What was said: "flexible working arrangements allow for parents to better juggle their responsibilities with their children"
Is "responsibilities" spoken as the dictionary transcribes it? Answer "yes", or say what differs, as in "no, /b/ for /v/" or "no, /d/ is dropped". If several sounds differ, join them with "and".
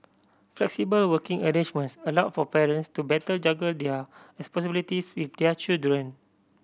no, /n/ is dropped and /s/ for /z/